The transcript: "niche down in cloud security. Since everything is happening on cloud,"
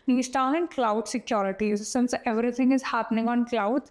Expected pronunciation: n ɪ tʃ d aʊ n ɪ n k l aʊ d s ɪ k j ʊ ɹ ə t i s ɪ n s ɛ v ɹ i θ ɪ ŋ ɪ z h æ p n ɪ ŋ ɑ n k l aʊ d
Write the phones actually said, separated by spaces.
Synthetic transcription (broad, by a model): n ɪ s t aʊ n ɪ n k l aʊ d s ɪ k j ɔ ɹ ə t i s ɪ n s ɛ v ɹ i t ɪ ŋ ɪ z h æ p n ɪ ŋ ɑ n k l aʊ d